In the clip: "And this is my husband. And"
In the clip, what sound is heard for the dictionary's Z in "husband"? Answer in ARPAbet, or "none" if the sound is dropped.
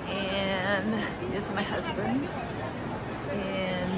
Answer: Z